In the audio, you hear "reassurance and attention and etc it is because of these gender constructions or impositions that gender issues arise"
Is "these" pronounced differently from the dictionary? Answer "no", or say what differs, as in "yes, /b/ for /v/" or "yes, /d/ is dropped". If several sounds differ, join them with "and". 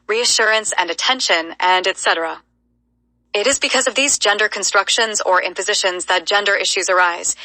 no